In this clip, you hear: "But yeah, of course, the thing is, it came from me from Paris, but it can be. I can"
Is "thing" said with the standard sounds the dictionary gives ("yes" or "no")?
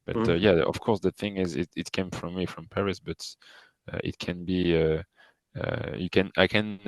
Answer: yes